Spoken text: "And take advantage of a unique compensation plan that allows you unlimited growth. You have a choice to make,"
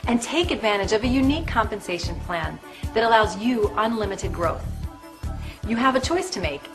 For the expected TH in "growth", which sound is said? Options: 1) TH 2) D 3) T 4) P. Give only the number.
1